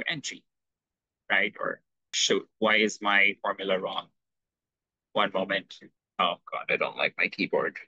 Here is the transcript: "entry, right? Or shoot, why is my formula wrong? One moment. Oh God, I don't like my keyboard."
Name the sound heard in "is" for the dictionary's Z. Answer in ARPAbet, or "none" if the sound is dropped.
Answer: Z